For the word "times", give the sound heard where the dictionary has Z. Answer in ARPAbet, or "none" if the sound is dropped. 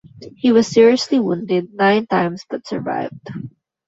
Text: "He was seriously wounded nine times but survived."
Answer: S